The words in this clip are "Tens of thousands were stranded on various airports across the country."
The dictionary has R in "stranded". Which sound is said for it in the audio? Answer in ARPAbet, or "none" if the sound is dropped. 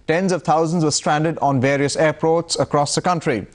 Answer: R